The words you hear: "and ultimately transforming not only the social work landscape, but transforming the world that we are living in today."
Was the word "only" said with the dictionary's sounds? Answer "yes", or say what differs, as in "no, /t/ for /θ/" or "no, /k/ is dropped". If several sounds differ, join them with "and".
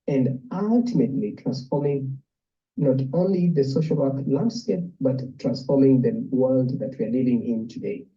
yes